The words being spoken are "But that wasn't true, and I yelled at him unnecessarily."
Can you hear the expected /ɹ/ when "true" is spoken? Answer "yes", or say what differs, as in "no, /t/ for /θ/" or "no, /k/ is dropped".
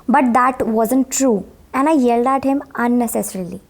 yes